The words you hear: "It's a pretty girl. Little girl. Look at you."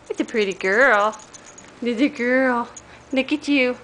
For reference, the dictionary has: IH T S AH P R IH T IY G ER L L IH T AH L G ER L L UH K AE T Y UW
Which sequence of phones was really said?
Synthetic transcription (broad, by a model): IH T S AH P R IH T IY G ER L N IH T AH G ER L N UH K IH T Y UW